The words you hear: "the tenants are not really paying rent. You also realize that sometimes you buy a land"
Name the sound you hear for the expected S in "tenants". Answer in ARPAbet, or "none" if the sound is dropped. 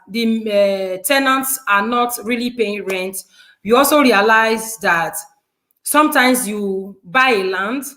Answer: S